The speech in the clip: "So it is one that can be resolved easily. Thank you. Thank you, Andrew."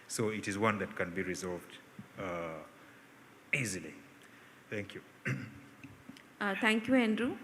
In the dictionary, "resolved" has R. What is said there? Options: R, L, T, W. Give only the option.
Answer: R